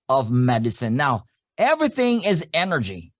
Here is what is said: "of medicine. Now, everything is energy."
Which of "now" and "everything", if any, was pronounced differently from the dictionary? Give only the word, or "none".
none